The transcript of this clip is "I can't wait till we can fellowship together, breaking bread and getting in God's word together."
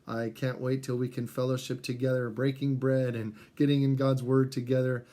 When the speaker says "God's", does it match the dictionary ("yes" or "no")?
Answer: yes